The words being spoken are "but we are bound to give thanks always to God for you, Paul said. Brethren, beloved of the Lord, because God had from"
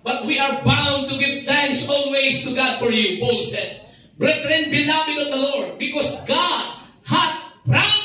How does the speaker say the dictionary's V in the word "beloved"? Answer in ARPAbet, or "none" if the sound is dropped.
W